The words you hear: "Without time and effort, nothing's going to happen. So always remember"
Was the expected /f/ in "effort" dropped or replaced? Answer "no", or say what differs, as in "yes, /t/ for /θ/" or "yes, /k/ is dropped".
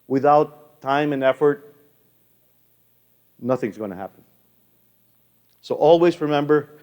no